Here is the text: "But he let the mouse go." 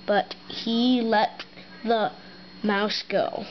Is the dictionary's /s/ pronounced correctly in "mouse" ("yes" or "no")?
yes